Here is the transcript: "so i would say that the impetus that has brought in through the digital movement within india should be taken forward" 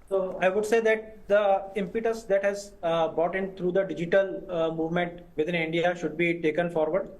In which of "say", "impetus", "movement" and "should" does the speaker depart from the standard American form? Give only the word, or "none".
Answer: none